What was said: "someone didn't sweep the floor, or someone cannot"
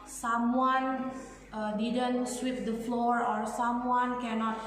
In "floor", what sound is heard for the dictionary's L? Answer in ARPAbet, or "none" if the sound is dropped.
L